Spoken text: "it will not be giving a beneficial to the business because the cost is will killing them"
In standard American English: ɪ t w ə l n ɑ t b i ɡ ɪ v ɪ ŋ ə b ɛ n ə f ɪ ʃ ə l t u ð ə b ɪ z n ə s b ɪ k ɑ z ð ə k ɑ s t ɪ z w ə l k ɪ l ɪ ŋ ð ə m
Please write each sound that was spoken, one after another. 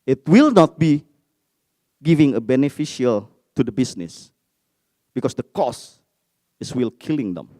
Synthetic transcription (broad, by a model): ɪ t w ə l n ɑ t b i ɡ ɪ v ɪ ŋ ə b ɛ n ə f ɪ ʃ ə l t u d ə b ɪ s n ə s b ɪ k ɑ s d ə k ɑ s ɪ s w ə l k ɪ l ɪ ŋ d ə m